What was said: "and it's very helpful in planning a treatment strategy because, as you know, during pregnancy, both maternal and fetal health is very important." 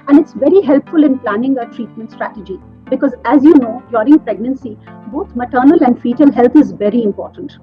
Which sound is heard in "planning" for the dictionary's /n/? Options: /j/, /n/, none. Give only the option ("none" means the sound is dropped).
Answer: /n/